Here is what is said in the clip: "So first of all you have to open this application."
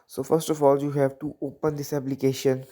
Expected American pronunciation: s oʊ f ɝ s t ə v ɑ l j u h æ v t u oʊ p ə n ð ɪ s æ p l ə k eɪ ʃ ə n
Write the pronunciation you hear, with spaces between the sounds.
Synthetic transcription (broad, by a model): s oʊ f ɝ s t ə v ɑ l j u h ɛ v t u oʊ p ə n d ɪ s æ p l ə k eɪ ʃ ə n